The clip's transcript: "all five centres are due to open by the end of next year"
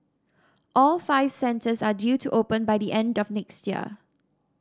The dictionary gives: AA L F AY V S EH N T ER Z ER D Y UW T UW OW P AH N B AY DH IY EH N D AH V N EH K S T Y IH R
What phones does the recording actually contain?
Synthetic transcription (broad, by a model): AA L F AY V S EH N T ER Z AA D Y UW T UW OW P AH N B AY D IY EH N D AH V N EH K S T Y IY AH